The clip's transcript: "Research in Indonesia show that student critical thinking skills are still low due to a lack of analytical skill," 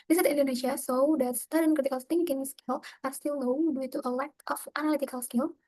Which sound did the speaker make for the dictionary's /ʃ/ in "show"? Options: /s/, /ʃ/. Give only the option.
/s/